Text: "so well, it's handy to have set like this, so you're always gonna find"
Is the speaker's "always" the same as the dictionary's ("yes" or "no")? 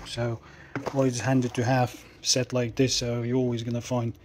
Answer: yes